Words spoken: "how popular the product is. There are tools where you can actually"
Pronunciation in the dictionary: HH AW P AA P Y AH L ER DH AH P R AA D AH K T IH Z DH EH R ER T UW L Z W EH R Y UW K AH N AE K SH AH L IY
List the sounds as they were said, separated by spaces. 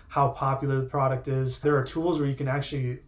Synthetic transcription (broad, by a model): HH AW P AA P Y L ER DH AH P R AA D AH K T IH Z DH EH R T UW L Z W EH R Y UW K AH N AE K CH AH L IY